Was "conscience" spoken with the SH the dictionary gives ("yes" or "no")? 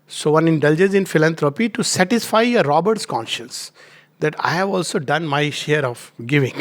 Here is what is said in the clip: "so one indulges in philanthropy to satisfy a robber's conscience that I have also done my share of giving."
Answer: yes